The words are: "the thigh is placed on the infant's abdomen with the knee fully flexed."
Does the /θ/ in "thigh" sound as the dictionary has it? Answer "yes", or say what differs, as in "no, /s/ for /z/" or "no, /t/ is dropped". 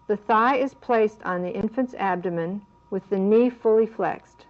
yes